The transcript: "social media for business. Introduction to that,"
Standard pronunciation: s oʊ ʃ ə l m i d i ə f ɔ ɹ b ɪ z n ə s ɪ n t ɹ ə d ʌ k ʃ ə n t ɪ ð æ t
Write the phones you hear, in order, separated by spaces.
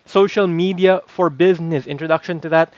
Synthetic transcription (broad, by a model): s oʊ ʃ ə l m i d i ə f ɔ ɹ b ɪ z n ə s ɪ n t ɹ ə d ʌ k ʃ ə n t ɪ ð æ t